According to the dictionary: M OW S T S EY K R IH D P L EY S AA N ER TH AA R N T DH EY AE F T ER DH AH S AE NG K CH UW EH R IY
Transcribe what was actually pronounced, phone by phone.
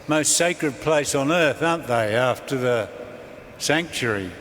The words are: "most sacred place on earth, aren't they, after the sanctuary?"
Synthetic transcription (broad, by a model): M OW S T S EY K R IH D P L EY S N ER TH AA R N DH EY AE F T ER DH AH S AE NG K CH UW R IY